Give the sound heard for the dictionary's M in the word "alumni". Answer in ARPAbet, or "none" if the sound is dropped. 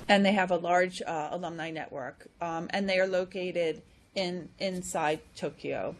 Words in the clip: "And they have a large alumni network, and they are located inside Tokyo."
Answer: M